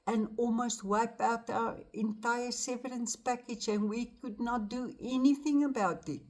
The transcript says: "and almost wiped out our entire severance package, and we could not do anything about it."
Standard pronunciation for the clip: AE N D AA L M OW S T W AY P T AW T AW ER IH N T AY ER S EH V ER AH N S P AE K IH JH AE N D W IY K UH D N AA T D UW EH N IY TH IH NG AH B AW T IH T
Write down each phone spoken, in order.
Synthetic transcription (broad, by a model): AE N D AA L M OW S T W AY P AW T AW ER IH N T AY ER S EH V ER AH N S P AE K IH JH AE N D W IY K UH D N AA T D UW EH N IY TH IH NG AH B AW T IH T